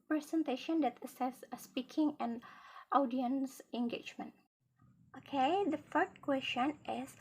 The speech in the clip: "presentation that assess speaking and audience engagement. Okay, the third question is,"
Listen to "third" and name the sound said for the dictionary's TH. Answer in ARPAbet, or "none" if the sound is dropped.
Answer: F